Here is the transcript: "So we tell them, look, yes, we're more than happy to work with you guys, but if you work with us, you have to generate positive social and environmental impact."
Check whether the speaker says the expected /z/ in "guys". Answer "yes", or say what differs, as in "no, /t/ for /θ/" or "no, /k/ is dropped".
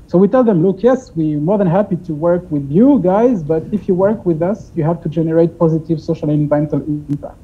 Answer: yes